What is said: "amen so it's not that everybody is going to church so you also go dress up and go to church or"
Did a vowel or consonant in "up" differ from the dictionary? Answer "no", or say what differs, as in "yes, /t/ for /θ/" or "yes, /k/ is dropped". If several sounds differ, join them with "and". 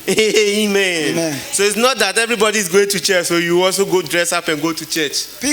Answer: no